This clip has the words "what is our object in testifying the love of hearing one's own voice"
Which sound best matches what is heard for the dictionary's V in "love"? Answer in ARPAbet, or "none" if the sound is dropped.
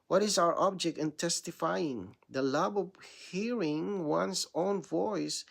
B